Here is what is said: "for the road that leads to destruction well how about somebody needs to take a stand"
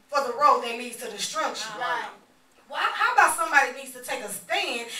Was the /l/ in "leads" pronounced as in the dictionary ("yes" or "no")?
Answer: no